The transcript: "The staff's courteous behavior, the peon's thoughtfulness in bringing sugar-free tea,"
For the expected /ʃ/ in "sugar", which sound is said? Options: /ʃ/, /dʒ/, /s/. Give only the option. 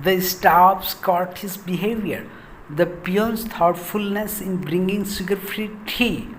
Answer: /s/